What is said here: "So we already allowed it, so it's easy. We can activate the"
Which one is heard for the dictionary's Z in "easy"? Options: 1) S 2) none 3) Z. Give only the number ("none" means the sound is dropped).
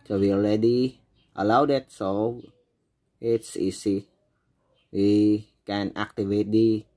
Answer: 1